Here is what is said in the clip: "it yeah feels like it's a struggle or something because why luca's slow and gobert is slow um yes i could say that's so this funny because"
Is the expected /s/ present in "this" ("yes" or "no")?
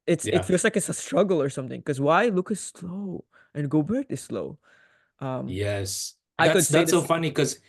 no